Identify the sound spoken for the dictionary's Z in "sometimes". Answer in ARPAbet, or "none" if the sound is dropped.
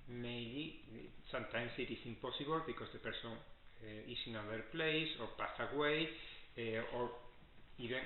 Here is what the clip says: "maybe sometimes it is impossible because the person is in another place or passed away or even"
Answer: S